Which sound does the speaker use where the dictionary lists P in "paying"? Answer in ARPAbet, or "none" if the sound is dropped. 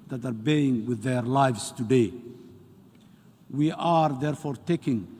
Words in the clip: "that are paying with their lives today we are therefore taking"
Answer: B